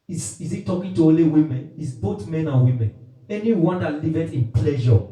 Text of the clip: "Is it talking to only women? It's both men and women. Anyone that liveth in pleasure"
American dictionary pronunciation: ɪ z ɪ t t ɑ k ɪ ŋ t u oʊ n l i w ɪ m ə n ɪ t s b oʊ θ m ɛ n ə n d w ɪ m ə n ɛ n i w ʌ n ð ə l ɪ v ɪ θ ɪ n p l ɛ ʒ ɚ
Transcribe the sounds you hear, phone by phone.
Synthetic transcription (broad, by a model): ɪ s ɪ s t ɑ k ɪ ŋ t u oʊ l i w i m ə n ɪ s b oʊ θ m ɛ n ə n w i m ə n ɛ n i w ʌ n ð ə l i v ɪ t ɪ n p l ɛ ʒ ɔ